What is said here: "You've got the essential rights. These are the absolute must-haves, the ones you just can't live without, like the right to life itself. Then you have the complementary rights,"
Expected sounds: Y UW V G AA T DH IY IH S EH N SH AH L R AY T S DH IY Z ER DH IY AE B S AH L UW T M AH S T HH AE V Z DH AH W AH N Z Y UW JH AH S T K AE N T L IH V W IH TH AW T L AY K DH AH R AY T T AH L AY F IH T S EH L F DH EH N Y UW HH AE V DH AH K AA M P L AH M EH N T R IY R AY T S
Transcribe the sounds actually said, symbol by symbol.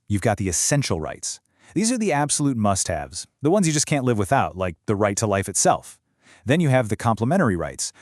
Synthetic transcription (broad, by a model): Y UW V G AA T DH IY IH S EH N SH L R AY T S DH IY Z ER DH IY AE B S AH L UW T M AH S T HH AE V Z DH AH W AH N Z Y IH JH AH S K AE N T L IH V W IH TH AW T L AY K DH AH R AY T T AH L AY F IH T S EH L F DH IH N Y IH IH V DH AH K AA M P L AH M EH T R IY R AY T S